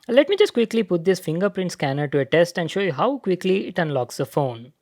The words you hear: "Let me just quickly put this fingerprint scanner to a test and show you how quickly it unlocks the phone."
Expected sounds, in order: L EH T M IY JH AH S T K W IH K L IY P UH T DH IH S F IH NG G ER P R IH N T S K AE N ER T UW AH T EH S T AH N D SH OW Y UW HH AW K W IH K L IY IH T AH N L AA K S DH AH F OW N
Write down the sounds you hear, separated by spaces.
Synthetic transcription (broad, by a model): L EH T M IY JH AH S T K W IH K L IY P UH T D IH S F IH NG G ER P R IH N T S K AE N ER T UW AH T EH S T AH N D SH OW Y UW HH AW K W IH K L IY IH T AH N L AA K S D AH F OW N